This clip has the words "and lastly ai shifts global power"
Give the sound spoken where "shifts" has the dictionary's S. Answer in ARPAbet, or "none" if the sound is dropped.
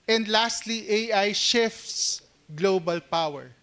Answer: S